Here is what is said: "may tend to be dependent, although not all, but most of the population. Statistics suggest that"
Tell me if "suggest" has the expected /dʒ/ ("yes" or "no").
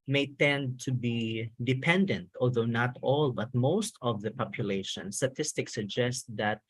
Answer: yes